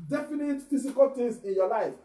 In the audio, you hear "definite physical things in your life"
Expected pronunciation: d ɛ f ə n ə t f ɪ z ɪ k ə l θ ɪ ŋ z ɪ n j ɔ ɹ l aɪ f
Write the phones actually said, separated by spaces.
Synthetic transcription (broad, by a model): d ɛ f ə n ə t f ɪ s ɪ k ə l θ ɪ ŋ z ɪ n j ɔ l aɪ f